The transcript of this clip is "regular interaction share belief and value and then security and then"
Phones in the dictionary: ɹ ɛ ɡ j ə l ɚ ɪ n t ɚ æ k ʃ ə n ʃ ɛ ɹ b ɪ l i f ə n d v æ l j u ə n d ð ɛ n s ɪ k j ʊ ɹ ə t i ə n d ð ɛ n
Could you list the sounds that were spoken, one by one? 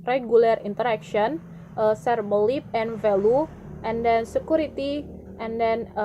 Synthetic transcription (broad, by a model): ɹ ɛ ɡ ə l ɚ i n t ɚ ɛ k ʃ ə n s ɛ ɹ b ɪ l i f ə n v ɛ l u ə n d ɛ n s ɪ k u ɹ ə t i ə n d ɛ n